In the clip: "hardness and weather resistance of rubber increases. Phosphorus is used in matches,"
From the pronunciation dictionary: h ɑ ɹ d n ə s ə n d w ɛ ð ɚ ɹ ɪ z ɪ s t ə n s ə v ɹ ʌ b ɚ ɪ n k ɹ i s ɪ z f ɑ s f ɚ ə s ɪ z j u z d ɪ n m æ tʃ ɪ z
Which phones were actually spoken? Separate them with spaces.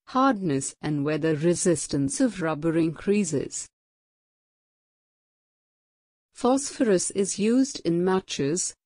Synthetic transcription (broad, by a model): h ɑ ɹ d n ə s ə n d w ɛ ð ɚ ɹ ɪ z ɪ s t ə n s ə v ɹ ʌ b ɚ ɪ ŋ k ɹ i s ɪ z f ɑ s f ɚ ə s ɪ z j u z d ɪ n m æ tʃ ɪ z